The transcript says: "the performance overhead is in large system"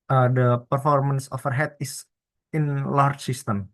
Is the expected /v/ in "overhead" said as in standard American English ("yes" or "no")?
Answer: no